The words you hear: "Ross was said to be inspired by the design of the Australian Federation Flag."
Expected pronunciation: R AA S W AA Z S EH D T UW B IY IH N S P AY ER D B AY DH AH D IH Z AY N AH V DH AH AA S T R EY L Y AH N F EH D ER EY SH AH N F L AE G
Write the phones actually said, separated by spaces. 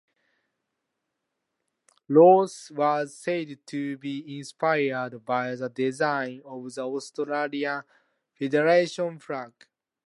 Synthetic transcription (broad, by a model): L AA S W AA Z S EH D T UW B IY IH N S P AY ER D B AY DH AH D IH Z AY N AH V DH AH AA S T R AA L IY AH N F EH D ER EY SH AH N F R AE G